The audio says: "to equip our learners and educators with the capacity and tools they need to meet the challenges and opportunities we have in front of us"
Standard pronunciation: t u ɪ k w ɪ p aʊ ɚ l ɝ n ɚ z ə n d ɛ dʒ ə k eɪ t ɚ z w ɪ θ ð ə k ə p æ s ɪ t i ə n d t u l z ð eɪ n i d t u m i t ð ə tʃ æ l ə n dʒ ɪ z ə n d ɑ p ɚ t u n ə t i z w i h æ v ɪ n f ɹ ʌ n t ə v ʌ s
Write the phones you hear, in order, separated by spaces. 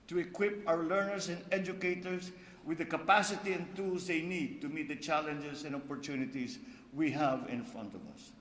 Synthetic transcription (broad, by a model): t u ɪ k w ɪ p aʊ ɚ l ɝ n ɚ s ə n d ɛ dʒ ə k eɪ t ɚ s w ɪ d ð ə k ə p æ s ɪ t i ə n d t u l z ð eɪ n i d t u m i t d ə tʃ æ l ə n dʒ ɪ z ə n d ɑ p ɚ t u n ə t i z w i h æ v ɪ n f ɹ ʌ n t ə v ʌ s